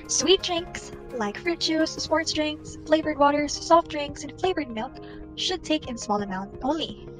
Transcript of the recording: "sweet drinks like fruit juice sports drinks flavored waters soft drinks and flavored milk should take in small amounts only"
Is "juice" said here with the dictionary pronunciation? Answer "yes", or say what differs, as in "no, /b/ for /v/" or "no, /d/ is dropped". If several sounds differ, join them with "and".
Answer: no, /tʃ/ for /dʒ/